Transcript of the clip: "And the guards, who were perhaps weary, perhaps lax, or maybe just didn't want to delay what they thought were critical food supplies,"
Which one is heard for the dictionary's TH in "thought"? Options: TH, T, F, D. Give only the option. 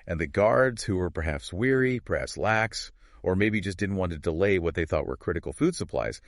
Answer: TH